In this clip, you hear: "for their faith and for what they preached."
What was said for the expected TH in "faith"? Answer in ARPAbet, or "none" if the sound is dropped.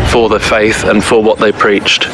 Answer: TH